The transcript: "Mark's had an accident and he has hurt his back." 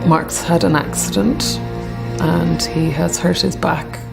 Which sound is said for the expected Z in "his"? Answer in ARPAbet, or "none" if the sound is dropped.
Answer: Z